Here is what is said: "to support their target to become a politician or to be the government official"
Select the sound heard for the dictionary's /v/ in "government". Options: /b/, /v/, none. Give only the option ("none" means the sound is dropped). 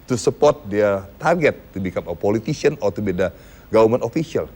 none